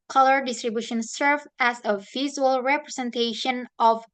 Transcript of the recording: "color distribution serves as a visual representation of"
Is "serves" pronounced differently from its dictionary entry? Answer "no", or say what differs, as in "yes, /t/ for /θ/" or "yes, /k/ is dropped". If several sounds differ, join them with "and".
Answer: yes, /z/ is dropped